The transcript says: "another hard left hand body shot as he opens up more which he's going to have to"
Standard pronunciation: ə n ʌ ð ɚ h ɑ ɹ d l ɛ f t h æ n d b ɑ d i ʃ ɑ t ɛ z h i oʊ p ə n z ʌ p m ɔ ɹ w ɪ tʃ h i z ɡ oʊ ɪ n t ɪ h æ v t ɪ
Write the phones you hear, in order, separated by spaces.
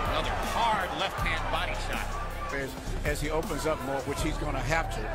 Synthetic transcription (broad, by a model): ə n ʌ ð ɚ h ɑ ɹ d l ɛ f t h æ n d b ɑ d i ʃ ɑ t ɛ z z i oʊ p ə n z ʌ p m ɔ ɹ w ɪ tʃ h i z ɡ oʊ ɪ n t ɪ h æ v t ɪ